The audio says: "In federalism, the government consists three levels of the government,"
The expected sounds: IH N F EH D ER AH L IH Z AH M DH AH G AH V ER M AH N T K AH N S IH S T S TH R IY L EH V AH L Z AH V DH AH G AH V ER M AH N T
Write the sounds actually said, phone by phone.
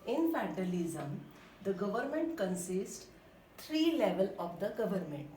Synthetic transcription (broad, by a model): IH N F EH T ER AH L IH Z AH M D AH G AH V ER M AH N T K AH N S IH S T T R IY L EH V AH L AH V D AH G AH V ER M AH N T